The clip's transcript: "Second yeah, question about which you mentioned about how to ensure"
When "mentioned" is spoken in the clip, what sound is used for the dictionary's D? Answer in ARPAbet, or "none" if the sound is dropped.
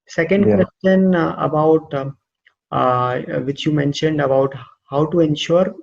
D